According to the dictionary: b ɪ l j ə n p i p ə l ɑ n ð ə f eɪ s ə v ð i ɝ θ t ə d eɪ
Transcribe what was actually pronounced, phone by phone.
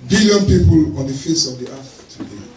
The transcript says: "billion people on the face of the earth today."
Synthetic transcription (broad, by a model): b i l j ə n p i p ə l ɑ n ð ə f eɪ s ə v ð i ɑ f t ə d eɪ